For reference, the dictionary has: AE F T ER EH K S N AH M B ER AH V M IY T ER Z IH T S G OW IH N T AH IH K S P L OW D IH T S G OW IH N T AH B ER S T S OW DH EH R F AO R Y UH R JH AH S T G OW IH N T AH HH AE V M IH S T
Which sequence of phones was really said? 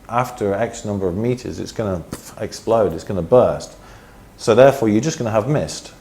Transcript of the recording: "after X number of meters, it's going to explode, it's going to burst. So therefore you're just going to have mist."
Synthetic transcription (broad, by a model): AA F T ER EH K S N AH M B ER AH V M IY T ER Z IH T S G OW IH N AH IH K S P L OW D IH T S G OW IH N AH B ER S T S OW DH EH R F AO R Y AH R JH AH S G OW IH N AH V M IH S T